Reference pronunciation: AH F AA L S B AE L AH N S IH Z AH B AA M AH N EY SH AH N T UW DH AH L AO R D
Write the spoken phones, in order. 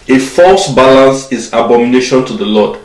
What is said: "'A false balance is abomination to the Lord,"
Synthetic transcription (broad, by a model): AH F AA L S B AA L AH N S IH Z AH B AA M AH N EY SH AH N T UW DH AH L AO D